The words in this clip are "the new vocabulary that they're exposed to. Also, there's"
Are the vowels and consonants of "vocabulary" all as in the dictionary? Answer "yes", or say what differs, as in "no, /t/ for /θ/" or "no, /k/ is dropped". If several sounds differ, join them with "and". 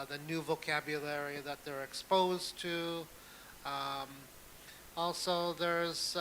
yes